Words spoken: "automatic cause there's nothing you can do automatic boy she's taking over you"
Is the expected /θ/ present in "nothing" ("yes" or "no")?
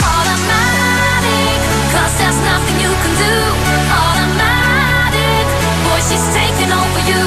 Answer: yes